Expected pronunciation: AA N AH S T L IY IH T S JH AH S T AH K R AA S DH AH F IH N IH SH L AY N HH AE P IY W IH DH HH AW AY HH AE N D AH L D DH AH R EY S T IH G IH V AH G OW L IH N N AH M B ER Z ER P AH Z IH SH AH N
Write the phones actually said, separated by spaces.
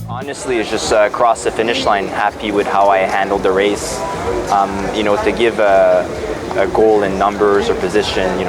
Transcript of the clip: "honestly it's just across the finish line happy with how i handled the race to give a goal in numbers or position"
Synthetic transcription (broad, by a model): AA N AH S T L IY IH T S JH AH S T AH K R AA S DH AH F IH N IH SH L AY N HH AE P IY W IH DH HH AW AY HH AE N D L D DH AH R EY S T IH G IH V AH G OW L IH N N AH M B ER Z ER P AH Z IH SH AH N